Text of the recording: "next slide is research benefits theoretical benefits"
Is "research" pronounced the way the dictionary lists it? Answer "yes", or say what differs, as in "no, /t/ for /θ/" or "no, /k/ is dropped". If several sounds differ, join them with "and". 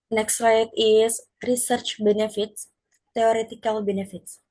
yes